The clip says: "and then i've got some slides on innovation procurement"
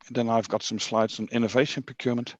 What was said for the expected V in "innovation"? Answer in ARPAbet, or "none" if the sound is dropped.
V